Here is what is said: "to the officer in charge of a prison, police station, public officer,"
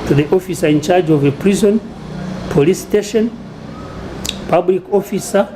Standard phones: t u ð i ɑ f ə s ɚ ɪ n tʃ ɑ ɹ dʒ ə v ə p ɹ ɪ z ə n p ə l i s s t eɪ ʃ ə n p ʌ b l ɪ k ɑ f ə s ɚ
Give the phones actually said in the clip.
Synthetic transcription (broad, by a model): t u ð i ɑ f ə s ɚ ɪ n tʃ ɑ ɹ dʒ ə v ə p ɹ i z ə n p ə l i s s t eɪ ʃ ə n p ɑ b l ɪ k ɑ f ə s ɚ